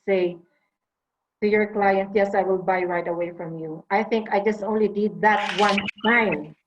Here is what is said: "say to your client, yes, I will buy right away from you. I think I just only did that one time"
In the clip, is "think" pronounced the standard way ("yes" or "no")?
yes